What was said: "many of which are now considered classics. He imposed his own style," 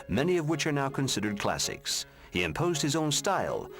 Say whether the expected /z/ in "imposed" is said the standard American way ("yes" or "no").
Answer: yes